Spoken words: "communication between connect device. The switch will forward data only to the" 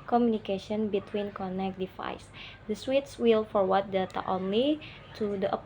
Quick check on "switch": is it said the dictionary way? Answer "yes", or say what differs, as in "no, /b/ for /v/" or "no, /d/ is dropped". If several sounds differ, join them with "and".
no, /s/ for /tʃ/